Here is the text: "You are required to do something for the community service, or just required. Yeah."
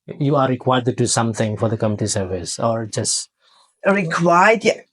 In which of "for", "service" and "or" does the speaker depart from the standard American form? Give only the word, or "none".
none